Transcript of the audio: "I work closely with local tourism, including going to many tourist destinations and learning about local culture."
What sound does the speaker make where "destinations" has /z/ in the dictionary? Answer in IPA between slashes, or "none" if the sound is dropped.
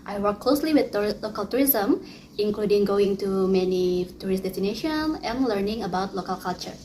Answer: none